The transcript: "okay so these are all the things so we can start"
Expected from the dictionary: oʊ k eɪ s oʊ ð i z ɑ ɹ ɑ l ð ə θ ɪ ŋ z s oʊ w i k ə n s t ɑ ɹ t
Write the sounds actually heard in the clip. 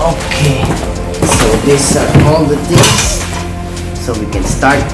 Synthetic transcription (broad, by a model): oʊ k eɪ s oʊ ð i s ɑ ɹ ɑ l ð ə t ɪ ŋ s s oʊ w i k ə n s t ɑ ɹ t